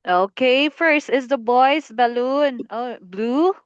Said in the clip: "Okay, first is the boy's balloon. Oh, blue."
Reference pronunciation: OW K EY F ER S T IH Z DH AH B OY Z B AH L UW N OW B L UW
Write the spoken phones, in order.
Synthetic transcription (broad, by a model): OW K EY F ER S T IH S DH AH B OY S B AH L UW N OW B L UW